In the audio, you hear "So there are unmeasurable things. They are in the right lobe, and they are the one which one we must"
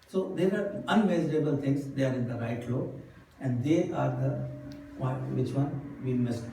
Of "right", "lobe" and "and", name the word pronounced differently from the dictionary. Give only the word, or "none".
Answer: lobe